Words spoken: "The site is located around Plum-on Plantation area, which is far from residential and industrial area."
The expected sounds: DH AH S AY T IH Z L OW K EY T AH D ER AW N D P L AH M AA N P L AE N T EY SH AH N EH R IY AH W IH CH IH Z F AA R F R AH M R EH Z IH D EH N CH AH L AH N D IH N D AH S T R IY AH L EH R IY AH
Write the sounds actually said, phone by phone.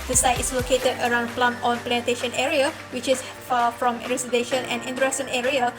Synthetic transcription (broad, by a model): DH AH S AY T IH S L OW K EY T AH D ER AW N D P L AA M AA N P L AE N T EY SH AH N EH R IY AH W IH CH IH S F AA F R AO M R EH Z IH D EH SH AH N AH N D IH N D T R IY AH N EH R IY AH